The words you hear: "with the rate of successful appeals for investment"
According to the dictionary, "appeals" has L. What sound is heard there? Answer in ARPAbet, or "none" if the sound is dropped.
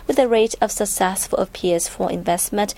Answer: none